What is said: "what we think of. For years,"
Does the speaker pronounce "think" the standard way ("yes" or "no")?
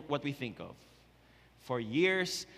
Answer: yes